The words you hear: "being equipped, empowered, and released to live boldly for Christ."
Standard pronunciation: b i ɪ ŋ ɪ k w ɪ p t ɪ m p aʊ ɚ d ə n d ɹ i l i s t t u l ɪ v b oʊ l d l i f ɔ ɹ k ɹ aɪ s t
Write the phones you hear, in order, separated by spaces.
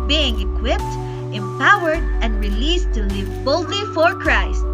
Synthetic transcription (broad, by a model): b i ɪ ŋ ɪ k w ɪ p t ɪ m p aʊ ɚ d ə n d ɹ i l i s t t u l ɪ v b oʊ l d l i f ɔ ɹ k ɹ aɪ s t